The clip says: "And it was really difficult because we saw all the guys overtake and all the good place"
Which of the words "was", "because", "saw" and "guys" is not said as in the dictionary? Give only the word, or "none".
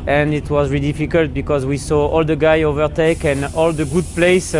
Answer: guys